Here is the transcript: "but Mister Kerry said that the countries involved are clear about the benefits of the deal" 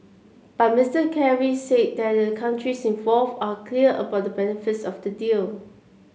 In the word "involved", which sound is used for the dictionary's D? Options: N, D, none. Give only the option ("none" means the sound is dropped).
none